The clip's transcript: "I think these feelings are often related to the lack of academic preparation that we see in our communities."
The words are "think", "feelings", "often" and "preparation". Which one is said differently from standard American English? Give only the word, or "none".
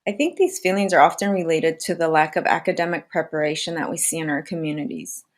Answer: none